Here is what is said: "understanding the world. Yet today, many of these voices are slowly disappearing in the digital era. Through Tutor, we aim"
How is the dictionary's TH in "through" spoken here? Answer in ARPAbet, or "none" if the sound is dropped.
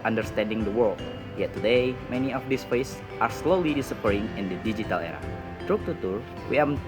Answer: T